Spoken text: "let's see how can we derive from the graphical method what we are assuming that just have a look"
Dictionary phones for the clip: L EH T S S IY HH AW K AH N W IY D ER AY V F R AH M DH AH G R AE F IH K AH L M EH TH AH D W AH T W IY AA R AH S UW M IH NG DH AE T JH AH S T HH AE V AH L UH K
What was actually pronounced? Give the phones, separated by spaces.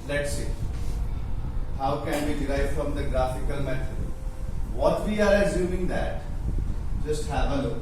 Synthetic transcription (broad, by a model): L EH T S S IY HH AW K AH N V IY D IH AY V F R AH M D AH G R AE F IH K AH L M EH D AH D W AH T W IY AA R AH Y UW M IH NG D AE T JH AH S T HH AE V AH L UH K